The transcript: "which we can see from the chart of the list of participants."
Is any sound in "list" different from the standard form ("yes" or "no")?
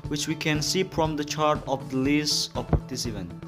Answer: yes